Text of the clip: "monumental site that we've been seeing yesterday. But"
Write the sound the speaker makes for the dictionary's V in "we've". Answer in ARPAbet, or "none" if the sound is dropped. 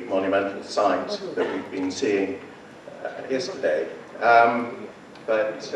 V